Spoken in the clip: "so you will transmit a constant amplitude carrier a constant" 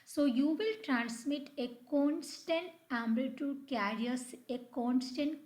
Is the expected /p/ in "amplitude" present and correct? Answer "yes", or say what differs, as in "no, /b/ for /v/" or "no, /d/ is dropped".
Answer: no, /b/ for /p/